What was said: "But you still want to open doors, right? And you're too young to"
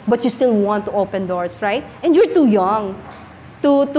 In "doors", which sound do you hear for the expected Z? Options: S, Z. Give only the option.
S